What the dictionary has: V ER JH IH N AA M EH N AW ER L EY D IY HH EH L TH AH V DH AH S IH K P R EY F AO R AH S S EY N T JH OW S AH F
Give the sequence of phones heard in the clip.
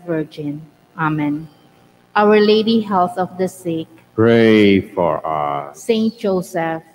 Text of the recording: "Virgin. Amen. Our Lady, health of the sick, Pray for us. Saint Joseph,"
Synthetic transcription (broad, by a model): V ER JH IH N AA M EH N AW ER L EY D IY HH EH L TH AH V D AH S IH K P R EY F AO R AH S S EY N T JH OW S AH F